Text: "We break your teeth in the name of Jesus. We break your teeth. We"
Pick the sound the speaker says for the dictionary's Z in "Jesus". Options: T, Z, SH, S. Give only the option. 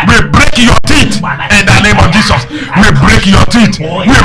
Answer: S